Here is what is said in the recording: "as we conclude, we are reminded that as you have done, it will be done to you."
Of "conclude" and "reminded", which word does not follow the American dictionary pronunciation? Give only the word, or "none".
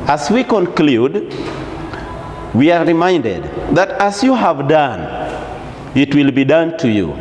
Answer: none